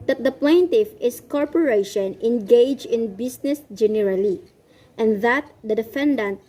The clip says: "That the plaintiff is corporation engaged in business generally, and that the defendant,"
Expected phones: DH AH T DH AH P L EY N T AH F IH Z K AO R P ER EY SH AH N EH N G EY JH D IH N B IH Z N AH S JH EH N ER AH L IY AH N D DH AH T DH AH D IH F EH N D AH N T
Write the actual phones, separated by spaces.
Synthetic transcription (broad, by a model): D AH T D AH P L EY N T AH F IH S K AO R P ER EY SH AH N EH N G EY JH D IH N B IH S N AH S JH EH N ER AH L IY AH N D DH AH T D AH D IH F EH N D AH N T